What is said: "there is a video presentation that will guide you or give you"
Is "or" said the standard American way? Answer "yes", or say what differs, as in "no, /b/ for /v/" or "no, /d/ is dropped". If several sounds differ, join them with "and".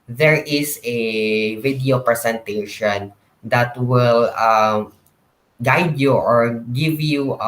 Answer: yes